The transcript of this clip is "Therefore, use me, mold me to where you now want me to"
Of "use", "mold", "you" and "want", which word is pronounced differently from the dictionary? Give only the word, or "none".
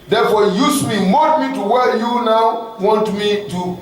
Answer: mold